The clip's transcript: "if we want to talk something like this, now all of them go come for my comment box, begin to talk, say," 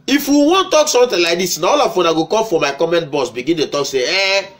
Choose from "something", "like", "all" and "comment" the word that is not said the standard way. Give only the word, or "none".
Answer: something